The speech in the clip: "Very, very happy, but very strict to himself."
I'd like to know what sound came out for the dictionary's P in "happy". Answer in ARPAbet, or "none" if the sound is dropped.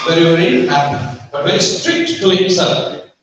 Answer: B